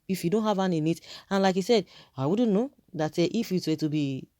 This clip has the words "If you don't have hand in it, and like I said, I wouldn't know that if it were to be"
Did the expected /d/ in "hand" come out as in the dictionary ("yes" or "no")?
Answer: no